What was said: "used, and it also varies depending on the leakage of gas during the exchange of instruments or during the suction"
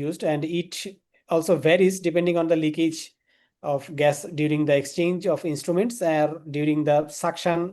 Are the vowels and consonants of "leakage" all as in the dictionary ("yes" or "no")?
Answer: yes